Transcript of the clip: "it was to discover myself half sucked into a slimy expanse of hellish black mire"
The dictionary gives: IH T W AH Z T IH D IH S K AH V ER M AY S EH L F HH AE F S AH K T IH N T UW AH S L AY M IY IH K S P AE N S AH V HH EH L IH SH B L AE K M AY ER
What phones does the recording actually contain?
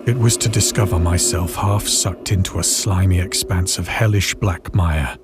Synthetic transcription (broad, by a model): IH T W AH Z T IH D IH S K AH V ER M AY S EH L F HH AE F S AH K T IH N T UW AH S L AY M IY IH K S P AE N S AH V HH EH L IH SH B L AE K M AY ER